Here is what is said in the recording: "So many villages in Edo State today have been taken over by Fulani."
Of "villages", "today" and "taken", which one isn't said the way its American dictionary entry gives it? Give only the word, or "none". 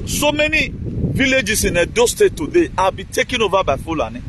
villages